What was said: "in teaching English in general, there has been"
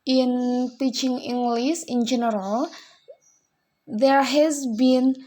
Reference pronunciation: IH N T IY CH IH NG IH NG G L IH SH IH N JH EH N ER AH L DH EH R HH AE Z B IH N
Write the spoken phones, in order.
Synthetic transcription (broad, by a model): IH N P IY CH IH NG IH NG G L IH S IH N JH EH N ER AH L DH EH R HH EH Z B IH N